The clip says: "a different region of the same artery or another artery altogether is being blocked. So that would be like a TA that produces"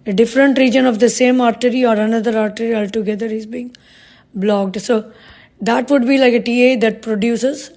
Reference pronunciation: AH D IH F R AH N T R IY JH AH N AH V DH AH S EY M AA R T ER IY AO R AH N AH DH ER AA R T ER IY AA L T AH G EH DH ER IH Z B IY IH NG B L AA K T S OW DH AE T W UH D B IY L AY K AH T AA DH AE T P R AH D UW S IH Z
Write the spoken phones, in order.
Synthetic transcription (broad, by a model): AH D IH F R AH N T R IY JH AH N AH V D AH S EY M AA R T ER IY AO R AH N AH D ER AA R T ER IY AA L T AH G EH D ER IH Z B IY IH NG B L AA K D S OW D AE T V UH D B IY L AY K AH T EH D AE T P R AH D UW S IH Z